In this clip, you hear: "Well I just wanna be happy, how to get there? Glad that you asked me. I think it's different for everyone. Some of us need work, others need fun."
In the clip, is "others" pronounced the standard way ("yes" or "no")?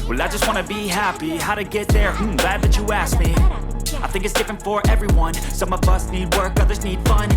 yes